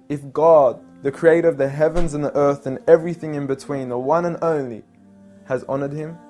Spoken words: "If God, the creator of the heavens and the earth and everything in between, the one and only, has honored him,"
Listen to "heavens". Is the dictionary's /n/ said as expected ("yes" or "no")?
yes